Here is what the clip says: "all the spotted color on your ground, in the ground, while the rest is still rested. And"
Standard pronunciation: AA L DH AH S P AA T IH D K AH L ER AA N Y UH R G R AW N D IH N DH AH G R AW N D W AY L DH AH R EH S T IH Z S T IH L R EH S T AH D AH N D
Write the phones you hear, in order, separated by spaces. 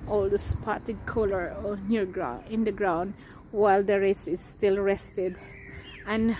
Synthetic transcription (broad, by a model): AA L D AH S P AA T IH D K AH L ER AA N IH R G R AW IH N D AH G R AW N D W AY L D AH R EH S IH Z S T IH L R EH S T AH D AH N